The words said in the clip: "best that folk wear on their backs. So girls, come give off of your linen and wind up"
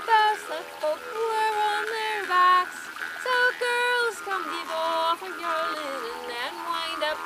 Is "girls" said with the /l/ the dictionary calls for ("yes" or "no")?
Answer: yes